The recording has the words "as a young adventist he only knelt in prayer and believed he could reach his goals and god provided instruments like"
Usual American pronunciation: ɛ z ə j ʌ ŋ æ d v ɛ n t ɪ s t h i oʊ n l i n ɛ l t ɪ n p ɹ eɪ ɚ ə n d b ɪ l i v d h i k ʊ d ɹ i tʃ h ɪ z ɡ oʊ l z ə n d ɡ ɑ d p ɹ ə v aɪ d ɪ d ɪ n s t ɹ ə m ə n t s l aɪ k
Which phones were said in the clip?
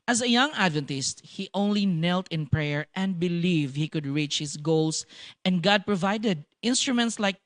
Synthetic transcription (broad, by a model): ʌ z ə j ʌ ŋ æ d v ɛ n t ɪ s t h i oʊ n l i n ɛ l t ɪ n p ɹ eɪ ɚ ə n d b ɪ l i v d h i k ʊ d ɹ i tʃ h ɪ s ɡ oʊ l s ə n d ɡ ɑ d p ɹ ə v aɪ d ɪ d ɪ n s t ɹ ə m ə n t s l aɪ k